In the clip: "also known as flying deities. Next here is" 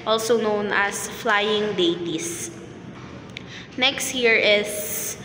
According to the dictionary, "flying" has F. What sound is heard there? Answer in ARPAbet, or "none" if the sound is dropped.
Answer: F